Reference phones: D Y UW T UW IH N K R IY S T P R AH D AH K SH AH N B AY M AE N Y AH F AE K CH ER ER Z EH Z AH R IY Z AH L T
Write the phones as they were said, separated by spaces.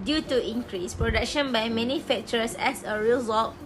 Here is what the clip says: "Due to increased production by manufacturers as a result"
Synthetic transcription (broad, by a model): D Y UW T UW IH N K R IY S P R AH D AH K SH AH N B AY M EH N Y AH F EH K CH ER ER S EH S AH R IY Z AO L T